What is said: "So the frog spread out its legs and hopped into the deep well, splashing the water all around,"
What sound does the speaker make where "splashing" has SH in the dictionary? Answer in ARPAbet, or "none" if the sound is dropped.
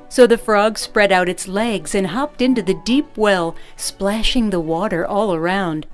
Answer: SH